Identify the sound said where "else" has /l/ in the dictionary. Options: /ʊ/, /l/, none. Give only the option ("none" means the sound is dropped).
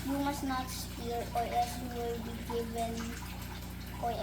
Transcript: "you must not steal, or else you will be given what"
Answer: none